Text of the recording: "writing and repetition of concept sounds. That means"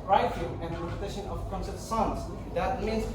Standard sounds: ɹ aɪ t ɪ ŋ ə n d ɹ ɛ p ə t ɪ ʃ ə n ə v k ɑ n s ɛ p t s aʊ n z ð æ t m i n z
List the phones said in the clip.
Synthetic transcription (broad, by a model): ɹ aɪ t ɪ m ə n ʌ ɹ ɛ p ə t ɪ ʃ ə n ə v k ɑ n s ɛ t s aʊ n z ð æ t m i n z